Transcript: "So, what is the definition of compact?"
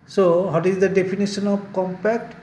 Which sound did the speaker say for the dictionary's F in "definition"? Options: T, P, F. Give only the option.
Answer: P